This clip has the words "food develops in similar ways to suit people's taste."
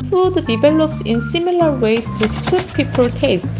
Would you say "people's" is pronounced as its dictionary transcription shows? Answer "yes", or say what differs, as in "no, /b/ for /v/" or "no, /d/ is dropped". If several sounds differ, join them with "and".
no, /z/ is dropped